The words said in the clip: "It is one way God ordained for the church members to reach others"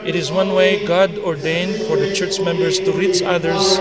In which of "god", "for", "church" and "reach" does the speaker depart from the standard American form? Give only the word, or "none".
none